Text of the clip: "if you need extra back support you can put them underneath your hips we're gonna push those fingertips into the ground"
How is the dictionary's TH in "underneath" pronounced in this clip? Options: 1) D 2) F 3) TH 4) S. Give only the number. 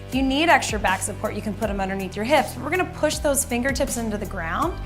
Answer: 3